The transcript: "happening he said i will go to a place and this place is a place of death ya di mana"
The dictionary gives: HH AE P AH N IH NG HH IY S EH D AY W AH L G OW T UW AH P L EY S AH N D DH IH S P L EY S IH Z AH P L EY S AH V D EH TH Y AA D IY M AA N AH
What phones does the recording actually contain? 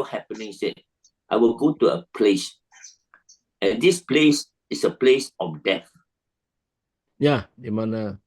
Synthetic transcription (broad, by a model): HH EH P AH N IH NG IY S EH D AY W AH L G OW T UW AH P L EY S AH N D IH S P L EY S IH S AH P L EY S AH F D EH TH Y AA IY M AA N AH